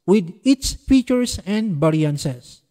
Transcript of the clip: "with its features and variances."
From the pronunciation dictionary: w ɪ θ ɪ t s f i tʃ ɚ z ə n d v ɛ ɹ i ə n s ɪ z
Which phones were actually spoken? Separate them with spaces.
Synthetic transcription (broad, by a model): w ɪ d ɪ t s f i tʃ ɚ s ə n d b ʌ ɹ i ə n s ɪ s